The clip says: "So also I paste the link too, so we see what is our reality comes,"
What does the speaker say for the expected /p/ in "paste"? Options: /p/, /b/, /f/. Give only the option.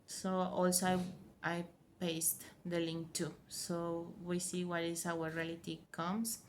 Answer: /p/